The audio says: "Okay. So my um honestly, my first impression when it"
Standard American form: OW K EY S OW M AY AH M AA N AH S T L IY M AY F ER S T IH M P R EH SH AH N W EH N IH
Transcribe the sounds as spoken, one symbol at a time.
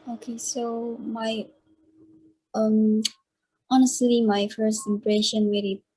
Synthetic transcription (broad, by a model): OW K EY S OW M AY AH M AA N AH S T L IY M AY F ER S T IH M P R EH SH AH N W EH L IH